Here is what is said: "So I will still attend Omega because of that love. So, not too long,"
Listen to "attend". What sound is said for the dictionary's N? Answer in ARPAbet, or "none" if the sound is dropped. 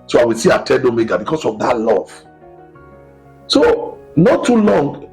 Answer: none